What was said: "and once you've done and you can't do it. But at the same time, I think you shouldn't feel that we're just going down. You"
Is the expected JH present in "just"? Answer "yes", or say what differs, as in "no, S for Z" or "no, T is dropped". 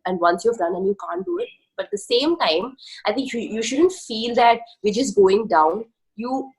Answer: no, CH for JH